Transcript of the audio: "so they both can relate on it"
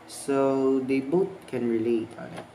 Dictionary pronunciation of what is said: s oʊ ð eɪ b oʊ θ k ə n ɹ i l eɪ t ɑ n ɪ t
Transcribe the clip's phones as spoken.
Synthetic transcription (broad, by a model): s oʊ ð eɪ b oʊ t k ə n ɹ i l eɪ t ɑ n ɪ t